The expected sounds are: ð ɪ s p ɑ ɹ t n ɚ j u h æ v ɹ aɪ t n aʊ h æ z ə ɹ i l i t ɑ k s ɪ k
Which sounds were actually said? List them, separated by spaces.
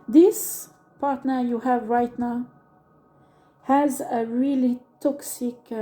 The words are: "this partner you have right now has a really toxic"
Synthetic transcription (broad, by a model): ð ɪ s p ɑ ɹ t n ɚ j u h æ v ɹ aɪ t n aʊ h æ z ə ɹ i l i t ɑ k s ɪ k